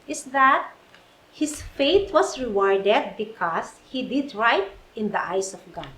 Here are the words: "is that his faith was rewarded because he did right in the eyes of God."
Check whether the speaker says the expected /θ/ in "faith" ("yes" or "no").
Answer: no